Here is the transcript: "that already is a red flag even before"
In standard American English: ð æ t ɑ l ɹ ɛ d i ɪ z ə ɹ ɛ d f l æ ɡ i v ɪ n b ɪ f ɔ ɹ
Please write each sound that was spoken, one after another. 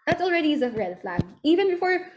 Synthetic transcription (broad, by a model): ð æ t ɑ l ɹ ɛ d i ɪ z ə ɹ ɛ d f l æ ɡ i v ɪ n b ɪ f ɔ ɹ